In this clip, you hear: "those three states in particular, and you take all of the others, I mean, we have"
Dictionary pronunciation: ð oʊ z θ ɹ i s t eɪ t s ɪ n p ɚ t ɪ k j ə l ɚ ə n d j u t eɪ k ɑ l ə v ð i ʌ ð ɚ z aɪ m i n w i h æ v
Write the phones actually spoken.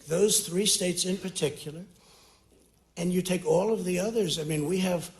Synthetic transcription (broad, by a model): ð oʊ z θ ɹ i s t eɪ t s ɪ n p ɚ t ɪ k j l ɚ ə n j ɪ t eɪ k ɑ l ə v ð i ʌ ð ɚ z aɪ m i n w i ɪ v